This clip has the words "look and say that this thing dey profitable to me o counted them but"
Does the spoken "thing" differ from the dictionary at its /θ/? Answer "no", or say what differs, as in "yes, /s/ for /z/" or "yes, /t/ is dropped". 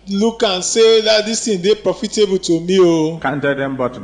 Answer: yes, /t/ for /θ/